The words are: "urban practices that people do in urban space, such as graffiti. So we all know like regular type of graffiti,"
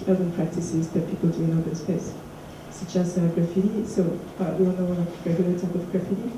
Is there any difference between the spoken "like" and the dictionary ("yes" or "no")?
yes